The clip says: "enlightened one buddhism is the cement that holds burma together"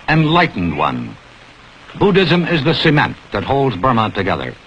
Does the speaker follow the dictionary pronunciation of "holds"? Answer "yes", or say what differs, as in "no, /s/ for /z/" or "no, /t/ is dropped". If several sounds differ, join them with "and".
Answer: yes